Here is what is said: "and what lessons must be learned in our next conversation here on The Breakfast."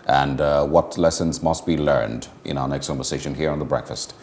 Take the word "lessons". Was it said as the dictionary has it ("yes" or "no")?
yes